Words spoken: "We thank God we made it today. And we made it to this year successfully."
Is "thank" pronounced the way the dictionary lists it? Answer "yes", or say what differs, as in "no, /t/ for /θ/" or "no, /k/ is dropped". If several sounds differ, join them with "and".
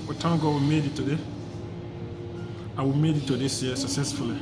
no, /t/ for /θ/